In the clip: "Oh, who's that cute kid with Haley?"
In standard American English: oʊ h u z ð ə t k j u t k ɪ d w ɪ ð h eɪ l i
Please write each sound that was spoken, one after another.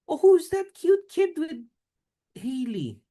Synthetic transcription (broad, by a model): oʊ h u z ð ə t k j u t k ɪ d w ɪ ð h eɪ l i